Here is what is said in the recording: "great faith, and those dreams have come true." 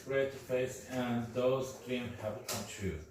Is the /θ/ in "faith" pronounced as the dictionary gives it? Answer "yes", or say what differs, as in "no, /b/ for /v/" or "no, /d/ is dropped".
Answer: no, /s/ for /θ/